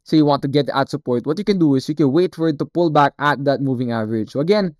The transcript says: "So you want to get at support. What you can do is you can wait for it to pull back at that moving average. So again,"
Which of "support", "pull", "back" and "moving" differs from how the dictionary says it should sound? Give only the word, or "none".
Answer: none